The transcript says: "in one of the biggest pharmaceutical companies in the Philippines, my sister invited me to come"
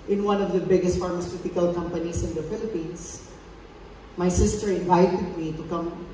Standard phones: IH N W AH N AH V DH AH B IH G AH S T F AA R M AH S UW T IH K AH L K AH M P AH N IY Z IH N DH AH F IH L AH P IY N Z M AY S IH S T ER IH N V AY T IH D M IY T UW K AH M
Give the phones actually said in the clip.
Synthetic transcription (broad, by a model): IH N W AH N AH V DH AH B IH G AH S T F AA R M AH S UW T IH K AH L K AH M P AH N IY S IH N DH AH F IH L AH P IY N S M AY S IH S T ER IH N V AY T IH D M IY T UW K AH M